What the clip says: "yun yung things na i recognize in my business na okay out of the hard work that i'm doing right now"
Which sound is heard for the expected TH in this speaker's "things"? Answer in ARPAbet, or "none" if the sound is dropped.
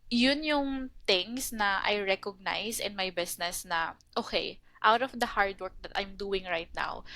T